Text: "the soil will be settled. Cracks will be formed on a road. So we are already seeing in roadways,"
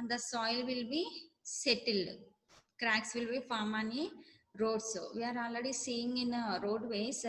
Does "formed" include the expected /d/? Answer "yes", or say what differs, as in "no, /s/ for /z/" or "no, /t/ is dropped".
no, /d/ is dropped